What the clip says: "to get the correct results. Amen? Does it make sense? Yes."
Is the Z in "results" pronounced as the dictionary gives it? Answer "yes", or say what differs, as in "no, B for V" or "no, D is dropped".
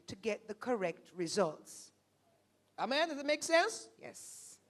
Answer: yes